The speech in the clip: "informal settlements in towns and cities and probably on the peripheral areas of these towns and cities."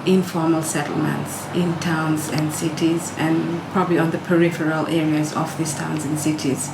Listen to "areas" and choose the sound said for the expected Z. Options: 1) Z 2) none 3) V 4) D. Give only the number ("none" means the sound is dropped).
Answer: 1